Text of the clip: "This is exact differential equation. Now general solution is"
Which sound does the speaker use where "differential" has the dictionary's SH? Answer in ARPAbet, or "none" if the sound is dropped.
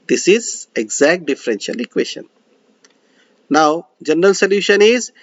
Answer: SH